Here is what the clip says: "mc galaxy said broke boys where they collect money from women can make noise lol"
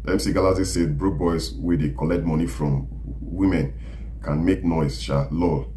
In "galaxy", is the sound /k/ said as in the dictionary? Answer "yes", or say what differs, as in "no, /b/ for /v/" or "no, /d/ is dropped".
no, /k/ is dropped